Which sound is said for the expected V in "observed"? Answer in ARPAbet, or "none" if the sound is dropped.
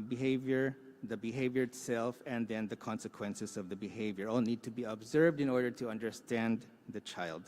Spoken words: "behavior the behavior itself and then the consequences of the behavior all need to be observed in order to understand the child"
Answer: V